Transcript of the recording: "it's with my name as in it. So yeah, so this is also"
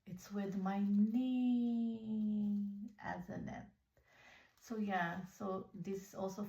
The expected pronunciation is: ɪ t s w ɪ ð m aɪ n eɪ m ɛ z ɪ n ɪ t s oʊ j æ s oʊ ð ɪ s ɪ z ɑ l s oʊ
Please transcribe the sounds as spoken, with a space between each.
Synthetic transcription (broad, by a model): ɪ t s w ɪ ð m aɪ n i ɛ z ɪ n ɪ t s oʊ j æ s oʊ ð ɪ s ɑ l s oʊ